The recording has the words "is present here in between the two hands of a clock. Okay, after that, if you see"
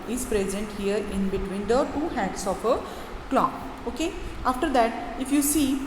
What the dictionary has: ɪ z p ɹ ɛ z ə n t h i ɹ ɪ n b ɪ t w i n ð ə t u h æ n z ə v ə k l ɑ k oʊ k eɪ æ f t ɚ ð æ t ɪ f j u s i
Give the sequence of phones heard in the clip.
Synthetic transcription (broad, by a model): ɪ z p ɹ ɛ z ə n t h i ɹ ɪ n b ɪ t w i n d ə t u h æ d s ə p ə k l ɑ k oʊ k eɪ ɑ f t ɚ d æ t ɪ f j u s i